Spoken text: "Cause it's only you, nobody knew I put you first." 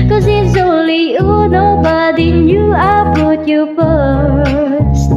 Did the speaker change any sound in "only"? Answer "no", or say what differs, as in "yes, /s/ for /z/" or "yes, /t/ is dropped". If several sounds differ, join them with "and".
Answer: yes, /n/ is dropped